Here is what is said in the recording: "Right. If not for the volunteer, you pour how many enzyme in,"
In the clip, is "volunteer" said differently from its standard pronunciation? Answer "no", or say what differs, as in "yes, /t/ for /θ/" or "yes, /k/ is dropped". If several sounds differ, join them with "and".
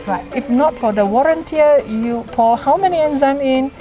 yes, /w/ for /v/